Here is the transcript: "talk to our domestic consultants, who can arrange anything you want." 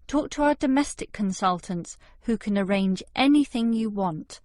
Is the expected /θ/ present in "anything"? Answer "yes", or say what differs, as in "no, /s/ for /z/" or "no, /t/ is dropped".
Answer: yes